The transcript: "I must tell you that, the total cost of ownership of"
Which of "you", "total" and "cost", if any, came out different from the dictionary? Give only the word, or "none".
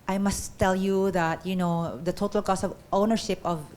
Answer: cost